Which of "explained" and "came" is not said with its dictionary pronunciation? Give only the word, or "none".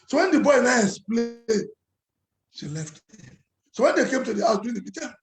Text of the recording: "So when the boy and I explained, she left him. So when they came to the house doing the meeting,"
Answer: explained